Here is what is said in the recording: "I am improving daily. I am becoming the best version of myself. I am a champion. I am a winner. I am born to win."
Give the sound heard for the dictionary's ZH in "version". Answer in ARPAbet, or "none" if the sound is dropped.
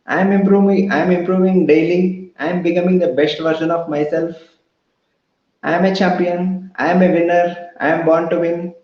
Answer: SH